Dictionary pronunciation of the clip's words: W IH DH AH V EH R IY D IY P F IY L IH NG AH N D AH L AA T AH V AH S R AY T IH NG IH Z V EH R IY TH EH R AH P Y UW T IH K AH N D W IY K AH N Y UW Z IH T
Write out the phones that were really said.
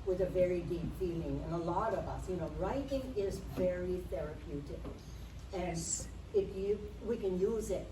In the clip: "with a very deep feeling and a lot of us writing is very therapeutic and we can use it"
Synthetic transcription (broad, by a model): W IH DH AH V EH R IY D IY P F IY L IH NG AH N AH L AA T AH V AH S R AY T IH NG IH Z V EH R IY TH EH R AH P Y UW T IH K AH N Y W IY K AH N Y UW Z IH T